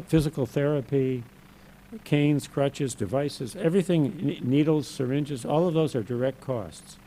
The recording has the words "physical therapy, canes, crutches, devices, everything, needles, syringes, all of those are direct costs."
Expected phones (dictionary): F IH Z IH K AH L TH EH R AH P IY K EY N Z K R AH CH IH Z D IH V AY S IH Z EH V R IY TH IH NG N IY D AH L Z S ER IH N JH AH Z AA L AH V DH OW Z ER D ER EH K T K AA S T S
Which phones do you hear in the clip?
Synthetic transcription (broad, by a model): F IH Z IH K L TH EH R AH P IY K EY N Z K R AH CH IH Z D IH V AY S IH Z EH V R IY TH IH NG N IY D L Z S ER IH N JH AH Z AA L AH V DH OW Z ER D ER EH K T K AA S T S